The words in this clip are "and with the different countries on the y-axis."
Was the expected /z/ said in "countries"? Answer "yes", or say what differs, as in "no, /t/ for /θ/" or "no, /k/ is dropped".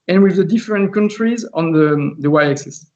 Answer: yes